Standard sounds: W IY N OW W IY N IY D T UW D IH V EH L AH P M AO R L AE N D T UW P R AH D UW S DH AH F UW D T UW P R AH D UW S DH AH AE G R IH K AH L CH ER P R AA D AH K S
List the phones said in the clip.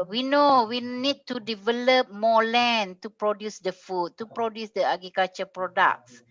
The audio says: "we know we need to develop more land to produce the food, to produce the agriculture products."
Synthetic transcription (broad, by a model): W IY N OW W IY N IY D T UW D IH V EH L AH P M AO L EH N T UW P R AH D UW S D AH F UW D T UW P R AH D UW S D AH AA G IH K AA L CH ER P R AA D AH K S